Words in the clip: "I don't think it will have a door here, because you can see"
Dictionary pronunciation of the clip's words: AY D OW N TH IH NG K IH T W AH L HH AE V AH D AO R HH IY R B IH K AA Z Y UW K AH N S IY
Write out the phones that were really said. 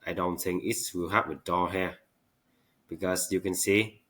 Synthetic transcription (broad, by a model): AY D OW N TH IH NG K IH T W AH L HH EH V AH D AO HH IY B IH K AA S Y UW K AH N S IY